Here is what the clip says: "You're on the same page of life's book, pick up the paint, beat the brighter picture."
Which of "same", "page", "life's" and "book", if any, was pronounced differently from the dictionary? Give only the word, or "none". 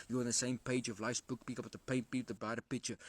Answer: none